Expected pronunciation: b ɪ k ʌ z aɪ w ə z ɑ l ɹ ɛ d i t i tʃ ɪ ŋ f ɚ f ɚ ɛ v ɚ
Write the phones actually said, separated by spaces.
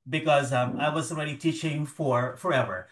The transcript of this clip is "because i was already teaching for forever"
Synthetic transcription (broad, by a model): b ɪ k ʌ z aɪ w ə z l ɹ ɛ d i t i tʃ ɪ ŋ f ɚ f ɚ ɛ v ɚ